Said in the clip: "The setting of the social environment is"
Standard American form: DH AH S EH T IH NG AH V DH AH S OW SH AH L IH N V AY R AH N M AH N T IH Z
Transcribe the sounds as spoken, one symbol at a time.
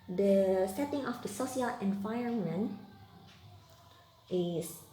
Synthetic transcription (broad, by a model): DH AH S EH T IH NG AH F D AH S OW S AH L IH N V AY R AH N M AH N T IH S